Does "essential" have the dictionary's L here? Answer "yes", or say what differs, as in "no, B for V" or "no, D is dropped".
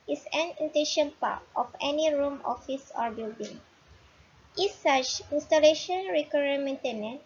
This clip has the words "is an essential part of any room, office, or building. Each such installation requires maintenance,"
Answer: no, N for L